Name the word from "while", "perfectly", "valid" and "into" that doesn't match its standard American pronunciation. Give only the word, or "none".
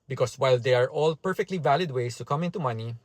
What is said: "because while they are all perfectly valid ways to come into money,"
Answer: none